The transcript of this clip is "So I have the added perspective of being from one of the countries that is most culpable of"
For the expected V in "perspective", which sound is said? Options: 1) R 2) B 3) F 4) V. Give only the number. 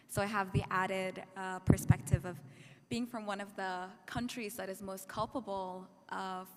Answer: 4